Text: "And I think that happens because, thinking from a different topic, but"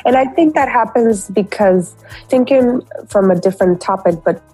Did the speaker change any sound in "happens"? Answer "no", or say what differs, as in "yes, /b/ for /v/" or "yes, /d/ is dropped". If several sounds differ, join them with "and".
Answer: no